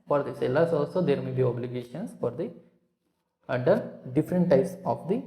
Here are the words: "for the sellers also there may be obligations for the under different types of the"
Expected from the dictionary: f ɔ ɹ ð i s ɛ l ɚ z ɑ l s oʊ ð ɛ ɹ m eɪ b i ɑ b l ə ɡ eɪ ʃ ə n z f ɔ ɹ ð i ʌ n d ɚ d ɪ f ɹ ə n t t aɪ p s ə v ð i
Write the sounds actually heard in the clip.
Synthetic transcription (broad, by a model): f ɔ ɹ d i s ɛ l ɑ s ɑ l s oʊ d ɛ ɹ m eɪ b i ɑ b l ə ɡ eɪ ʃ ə n s f ɔ ɹ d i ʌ d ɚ d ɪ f ɹ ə n t t aɪ p s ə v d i